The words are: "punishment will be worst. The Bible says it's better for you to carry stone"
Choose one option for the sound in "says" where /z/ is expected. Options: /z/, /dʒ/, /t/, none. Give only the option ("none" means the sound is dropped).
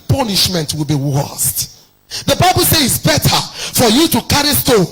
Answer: none